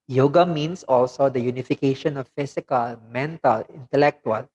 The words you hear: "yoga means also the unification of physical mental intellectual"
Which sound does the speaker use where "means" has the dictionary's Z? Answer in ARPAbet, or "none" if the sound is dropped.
S